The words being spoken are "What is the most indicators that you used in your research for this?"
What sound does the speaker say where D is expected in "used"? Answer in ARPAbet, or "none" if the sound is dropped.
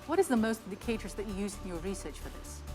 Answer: none